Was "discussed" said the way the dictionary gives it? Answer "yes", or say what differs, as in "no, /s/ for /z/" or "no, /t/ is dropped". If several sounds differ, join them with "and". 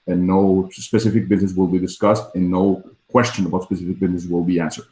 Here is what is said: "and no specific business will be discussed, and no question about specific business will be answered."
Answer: yes